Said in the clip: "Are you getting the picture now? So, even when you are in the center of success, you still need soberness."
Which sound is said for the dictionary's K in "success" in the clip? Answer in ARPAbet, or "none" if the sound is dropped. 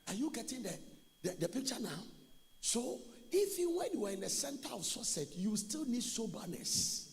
none